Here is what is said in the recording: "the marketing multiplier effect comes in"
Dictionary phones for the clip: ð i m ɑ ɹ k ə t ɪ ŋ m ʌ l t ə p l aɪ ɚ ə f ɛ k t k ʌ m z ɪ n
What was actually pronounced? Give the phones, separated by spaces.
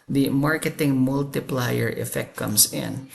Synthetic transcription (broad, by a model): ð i m ɑ ɹ k ə t ɪ ŋ m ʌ l t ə p l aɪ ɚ ə f ɛ k t k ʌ m s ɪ n